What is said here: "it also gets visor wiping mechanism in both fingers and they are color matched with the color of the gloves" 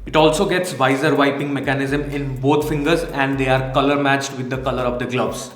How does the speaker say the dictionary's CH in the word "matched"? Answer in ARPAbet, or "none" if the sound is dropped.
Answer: CH